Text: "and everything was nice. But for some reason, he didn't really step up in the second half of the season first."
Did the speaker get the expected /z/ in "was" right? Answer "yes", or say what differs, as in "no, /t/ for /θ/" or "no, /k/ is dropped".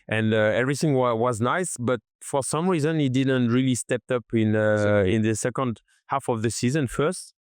yes